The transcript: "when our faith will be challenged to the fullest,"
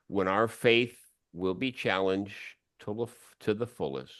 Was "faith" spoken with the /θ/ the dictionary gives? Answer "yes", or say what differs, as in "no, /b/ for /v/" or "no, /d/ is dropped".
yes